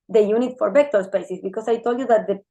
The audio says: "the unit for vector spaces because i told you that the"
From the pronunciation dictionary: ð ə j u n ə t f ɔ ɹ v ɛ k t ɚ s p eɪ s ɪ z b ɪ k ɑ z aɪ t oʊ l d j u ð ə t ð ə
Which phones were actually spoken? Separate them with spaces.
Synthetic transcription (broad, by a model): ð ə j u n ə t f ɔ ɹ b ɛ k t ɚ s p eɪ s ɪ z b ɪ k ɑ s aɪ t oʊ l d j u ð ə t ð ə